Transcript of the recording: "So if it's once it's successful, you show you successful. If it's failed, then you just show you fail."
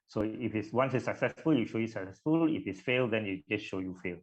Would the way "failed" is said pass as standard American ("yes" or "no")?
yes